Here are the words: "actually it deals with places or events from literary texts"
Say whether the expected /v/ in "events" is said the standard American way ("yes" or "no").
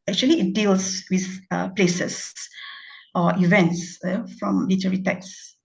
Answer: yes